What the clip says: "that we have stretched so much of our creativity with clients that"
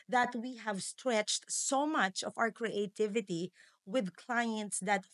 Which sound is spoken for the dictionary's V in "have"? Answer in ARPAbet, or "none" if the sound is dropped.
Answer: V